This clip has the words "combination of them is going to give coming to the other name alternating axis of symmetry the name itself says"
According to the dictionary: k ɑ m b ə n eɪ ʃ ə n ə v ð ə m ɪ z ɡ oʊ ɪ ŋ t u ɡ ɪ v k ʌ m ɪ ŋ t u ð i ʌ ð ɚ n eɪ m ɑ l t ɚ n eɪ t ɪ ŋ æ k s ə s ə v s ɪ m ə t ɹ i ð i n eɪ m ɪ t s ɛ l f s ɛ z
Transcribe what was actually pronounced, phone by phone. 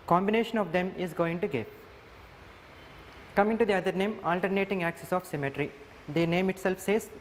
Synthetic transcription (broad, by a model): k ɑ m b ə n eɪ ʃ ə n ə v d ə m ɪ z ɡ oʊ ɪ ŋ t u ɡ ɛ p k ʌ m ɪ ŋ t u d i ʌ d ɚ n eɪ m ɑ l t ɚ n eɪ t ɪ ŋ æ k s ə s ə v s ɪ m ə t ɹ i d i n eɪ m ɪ t s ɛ l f s ɛ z